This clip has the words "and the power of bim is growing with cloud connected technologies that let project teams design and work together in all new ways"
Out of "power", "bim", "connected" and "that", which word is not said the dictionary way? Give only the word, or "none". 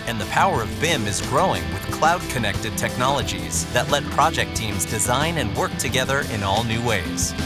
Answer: none